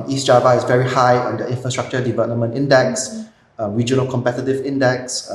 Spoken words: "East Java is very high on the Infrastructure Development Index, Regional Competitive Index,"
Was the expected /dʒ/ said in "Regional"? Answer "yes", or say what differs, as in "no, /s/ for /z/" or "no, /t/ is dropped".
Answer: yes